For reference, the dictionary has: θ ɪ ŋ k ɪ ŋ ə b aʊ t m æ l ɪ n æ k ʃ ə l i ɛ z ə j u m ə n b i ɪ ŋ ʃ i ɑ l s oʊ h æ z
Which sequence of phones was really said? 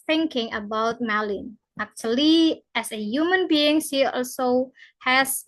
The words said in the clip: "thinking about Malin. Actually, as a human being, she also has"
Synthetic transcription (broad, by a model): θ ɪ ŋ k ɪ ŋ ə b aʊ t m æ l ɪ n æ k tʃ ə l i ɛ s ə j u m ə n b i ɪ ŋ s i ɑ l s oʊ h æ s